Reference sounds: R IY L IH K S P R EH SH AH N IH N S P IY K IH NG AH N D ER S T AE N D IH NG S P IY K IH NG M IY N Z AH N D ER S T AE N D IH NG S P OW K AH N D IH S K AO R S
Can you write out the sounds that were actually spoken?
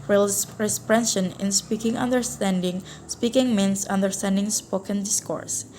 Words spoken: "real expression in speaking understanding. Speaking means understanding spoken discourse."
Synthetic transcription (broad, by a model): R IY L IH S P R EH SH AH N IH N S P IY K IH NG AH N D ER S T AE N D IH NG S P IY K IH NG M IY N S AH N D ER S T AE N D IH NG S P OW K AH N D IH S K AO R S